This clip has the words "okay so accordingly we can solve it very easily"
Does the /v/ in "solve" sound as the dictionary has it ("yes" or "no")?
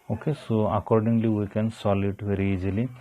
no